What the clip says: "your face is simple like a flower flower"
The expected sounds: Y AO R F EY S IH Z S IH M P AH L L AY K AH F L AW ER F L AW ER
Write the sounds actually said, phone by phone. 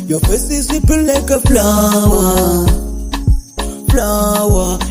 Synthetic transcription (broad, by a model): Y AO F EY S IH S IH P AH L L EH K AH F L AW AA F L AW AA